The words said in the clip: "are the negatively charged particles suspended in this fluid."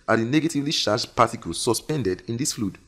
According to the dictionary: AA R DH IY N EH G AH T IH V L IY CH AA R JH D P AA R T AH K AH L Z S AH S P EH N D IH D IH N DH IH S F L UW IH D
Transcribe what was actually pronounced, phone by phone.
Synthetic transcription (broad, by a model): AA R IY N EH G AH T IH V L IY SH AA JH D P AA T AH K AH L S AH S P EH N D IH D IH N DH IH S F L UW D